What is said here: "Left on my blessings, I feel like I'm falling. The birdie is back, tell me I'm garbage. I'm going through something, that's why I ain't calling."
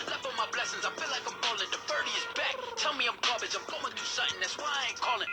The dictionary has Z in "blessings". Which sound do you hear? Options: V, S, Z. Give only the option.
Z